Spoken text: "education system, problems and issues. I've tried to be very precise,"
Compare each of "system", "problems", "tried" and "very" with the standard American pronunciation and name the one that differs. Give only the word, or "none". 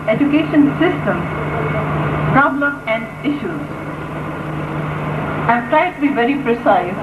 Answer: problems